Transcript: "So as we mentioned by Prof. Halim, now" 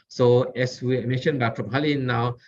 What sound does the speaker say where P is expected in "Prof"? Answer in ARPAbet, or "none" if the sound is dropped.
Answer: F